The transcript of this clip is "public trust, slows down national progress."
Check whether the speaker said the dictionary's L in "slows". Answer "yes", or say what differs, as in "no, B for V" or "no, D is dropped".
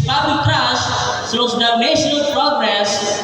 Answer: no, L is dropped